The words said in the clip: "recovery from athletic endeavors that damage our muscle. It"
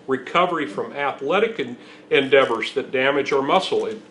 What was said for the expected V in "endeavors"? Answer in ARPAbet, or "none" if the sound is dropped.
V